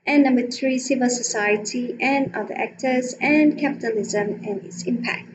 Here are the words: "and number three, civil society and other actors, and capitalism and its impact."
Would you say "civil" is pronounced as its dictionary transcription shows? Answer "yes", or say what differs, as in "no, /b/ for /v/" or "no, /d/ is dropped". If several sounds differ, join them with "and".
yes